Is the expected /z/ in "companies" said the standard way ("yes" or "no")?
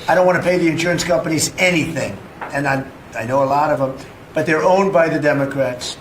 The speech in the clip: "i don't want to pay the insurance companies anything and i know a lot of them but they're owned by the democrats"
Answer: yes